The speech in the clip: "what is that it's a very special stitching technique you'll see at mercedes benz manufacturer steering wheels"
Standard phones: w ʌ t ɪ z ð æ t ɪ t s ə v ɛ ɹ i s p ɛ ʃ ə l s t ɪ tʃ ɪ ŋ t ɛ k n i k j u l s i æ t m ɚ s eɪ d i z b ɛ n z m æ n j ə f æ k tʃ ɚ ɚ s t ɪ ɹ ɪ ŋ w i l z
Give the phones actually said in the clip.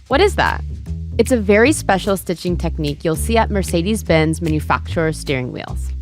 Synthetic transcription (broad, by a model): w ʌ t ɪ z ð æ t ɪ t s ə v ɛ ɹ i s p ɛ ʃ l s t ɪ tʃ ɪ ŋ t ɛ k n i k j u l s i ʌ t m ɚ s eɪ d i z b ɛ n z m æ n j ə f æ k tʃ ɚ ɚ s t ɪ ɹ ɪ ŋ w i l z